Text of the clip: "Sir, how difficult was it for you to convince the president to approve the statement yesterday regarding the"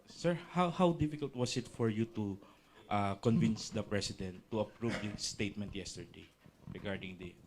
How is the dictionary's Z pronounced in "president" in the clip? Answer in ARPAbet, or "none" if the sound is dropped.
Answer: S